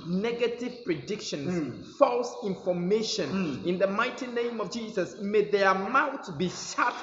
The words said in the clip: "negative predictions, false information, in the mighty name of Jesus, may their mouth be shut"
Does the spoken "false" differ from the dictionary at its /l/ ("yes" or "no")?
no